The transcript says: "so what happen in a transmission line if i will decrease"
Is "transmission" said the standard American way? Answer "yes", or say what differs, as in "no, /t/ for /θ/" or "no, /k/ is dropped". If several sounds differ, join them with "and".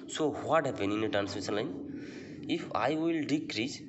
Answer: no, /m/ is dropped and /s/ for /ʃ/